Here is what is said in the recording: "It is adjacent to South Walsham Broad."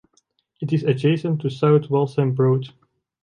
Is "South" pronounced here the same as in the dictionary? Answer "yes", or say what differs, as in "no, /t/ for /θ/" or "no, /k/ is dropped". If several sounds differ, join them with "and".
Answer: no, /t/ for /θ/